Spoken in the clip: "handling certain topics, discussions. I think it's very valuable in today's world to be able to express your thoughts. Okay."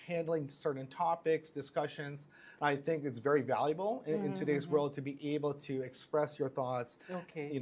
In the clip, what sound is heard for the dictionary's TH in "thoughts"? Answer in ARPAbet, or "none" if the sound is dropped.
TH